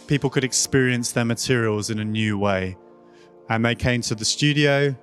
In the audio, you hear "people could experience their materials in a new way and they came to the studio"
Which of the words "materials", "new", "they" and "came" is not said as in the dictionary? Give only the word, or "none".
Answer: none